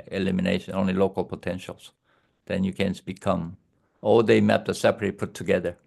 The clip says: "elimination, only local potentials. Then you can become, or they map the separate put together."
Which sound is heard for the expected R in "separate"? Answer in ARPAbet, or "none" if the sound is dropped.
none